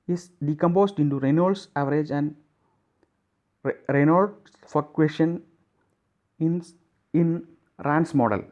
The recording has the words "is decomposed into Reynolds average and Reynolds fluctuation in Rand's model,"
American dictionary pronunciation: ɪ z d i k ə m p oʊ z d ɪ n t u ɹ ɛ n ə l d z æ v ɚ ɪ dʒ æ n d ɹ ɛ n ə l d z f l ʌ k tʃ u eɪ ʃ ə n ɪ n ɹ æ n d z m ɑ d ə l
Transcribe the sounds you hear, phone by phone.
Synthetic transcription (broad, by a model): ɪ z d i k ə m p oʊ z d ɪ n t u ɹ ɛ n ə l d s æ v ɚ ɪ dʒ æ n d ɹ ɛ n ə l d f ʌ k u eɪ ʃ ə n ɪ n ɹ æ n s m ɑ d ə l